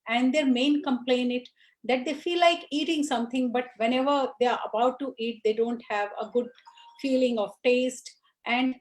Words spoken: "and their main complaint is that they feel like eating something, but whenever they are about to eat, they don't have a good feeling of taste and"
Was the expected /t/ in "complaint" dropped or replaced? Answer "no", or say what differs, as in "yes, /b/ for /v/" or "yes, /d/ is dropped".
yes, /t/ is dropped